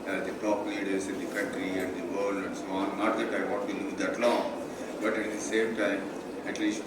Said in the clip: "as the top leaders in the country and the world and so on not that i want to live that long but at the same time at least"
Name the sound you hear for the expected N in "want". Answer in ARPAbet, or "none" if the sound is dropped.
none